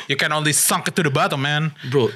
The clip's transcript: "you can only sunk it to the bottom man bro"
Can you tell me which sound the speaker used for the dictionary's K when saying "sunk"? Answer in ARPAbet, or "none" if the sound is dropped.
K